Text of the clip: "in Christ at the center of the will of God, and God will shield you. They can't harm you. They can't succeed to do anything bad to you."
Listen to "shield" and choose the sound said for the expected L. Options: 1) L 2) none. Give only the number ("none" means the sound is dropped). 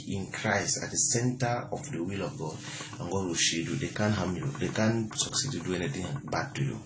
2